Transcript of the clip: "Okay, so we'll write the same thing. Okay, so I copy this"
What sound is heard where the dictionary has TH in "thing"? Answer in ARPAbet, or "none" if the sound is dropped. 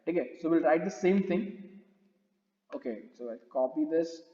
T